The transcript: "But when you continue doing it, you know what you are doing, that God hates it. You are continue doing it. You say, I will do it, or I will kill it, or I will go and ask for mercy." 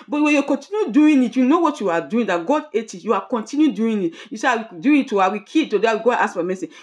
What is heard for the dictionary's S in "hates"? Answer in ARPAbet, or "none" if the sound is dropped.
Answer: none